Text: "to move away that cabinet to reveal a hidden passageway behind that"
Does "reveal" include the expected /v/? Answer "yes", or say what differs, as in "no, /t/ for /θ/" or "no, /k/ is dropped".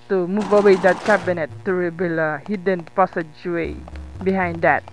no, /b/ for /v/